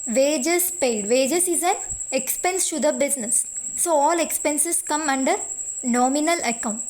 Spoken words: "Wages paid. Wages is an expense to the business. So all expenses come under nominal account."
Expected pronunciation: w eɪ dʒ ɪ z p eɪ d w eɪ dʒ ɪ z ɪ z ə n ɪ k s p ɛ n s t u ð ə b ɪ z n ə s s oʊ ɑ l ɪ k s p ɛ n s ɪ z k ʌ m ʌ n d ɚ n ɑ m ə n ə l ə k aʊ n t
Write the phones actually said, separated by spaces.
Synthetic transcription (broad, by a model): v eɪ dʒ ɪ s p eɪ d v eɪ dʒ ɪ s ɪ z ə n ɪ k s p ɛ n s t u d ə b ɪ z n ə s s oʊ ɑ l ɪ k s p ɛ n s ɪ s k ʌ m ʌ n d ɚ n ɑ m ə n ə l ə k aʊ n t